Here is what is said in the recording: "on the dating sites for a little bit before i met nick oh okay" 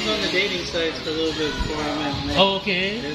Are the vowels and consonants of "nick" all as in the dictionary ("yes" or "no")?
no